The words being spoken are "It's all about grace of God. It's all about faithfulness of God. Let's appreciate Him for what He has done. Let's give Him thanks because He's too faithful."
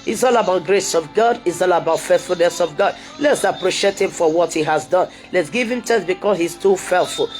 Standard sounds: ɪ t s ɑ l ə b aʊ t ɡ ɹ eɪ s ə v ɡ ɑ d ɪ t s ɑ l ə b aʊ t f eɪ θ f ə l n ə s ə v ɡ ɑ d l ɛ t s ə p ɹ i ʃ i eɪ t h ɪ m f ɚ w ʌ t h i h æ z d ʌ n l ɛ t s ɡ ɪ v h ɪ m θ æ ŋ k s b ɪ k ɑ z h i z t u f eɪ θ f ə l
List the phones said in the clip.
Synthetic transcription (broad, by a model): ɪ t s ɑ l ə b aʊ t ɡ ɹ eɪ s ə v ɡ ɑ d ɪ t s ɑ l ə b aʊ t f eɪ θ f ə l n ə s ə v ɡ ɑ d l ɛ t s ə p ɹ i ʃ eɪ t h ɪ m f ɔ w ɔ t h i h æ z d ʌ n l ɛ t s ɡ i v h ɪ m t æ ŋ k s b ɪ k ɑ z h i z t u f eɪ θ f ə l